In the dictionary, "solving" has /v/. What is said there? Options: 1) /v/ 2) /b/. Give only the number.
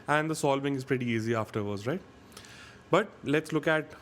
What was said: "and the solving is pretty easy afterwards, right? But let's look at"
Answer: 2